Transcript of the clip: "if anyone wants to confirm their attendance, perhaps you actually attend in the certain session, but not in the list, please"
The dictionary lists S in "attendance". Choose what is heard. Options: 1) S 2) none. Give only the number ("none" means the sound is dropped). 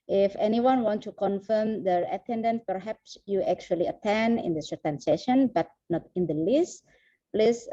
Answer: 2